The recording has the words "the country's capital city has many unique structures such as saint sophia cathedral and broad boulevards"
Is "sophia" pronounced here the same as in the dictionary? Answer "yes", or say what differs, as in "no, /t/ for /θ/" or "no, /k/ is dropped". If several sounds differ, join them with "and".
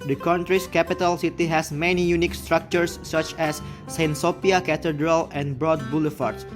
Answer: no, /p/ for /f/